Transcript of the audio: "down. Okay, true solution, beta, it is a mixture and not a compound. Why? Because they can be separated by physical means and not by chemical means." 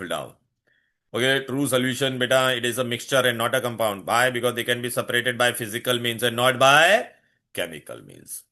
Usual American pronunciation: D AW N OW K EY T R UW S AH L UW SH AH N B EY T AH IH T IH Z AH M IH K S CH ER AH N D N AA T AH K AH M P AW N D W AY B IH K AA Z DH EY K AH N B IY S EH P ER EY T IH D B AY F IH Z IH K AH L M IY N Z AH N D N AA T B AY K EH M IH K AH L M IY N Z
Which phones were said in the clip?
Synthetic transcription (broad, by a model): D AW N OW K EY T R UW S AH L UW SH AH N B EY T AH IH T IH Z AH M IH K S CH ER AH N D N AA T AH K AH M P AW N D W AY B IH K AA Z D EY K AH N B IY S EH P ER EY T IH D B AY F IH Z IH K AH L M IY N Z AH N N AA T B AY K EH M IH K AH L M IY N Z